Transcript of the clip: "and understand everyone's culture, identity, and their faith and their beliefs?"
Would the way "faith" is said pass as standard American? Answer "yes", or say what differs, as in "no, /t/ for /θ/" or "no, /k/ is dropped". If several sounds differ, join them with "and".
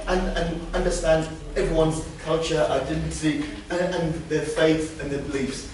yes